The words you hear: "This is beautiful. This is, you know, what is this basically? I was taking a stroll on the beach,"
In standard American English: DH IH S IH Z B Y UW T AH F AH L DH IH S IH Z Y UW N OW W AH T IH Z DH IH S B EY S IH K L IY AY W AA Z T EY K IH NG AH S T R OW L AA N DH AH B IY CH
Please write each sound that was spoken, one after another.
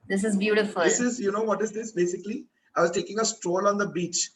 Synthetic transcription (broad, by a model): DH IH S IH Z B Y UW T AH F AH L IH S IH Z Y UW N OW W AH T IH Z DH IH S B EY S IH K L IY AY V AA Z T EY K IH NG AH S T R OW L AA N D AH B IY CH